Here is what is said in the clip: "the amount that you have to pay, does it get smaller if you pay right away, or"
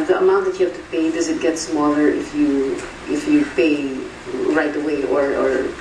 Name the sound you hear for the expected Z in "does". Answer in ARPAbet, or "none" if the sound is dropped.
Z